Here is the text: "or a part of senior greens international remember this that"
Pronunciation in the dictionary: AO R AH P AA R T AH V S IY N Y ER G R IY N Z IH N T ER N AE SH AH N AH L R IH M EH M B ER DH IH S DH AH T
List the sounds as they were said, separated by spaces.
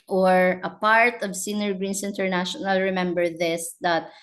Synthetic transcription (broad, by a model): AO R AH P AA R T AH V S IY N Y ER G R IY N S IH N T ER N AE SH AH N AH L R IH M EH M B ER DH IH S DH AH T